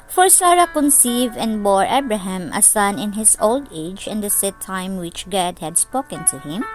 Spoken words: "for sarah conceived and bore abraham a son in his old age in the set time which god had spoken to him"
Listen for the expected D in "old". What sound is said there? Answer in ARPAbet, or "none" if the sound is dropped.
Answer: D